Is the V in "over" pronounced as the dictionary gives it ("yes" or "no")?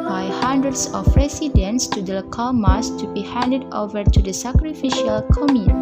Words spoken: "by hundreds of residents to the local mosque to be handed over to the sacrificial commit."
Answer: yes